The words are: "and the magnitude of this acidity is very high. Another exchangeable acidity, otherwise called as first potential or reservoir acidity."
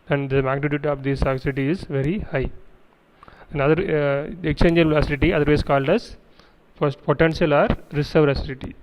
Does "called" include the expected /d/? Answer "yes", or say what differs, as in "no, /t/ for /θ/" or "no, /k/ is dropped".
yes